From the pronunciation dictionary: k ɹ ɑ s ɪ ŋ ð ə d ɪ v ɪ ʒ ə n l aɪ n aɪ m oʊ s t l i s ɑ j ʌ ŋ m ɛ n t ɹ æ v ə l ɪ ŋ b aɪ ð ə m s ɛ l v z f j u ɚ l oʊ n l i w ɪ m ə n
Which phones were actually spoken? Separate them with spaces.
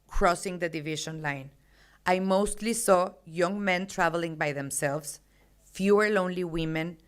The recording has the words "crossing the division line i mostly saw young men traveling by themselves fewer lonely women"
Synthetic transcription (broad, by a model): k ɹ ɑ s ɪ ŋ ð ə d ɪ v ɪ ʃ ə n l aɪ n aɪ m oʊ s t l i s ɑ j ʌ ŋ m ɛ n t ɹ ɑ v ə l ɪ ŋ b aɪ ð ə m s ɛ l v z f j u ɚ l oʊ n l i w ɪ m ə n